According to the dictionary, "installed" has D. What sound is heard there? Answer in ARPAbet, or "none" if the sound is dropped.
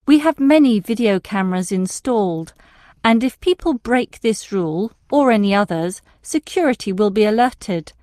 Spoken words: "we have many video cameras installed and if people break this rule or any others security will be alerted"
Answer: D